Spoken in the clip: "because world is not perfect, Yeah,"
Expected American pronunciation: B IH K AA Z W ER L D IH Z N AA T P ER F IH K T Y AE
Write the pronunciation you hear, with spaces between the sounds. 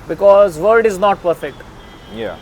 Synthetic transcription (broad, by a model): B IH K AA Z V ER D IH Z N AA T P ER F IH K T Y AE